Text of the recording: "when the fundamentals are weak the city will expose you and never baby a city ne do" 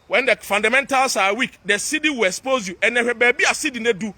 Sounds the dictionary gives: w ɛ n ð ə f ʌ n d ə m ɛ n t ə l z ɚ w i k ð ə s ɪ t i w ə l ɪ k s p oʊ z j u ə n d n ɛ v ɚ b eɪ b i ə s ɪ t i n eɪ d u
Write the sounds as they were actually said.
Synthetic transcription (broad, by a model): w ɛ n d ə f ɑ n d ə m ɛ n t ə l s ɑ w i k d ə s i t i w ə l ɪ k s p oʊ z j u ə n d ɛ ɚ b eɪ b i ə s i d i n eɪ d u